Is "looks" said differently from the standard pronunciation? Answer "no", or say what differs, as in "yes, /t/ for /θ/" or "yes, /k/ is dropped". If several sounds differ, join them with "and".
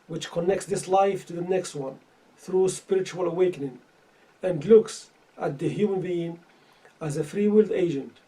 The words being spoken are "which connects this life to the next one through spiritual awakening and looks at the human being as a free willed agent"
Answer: no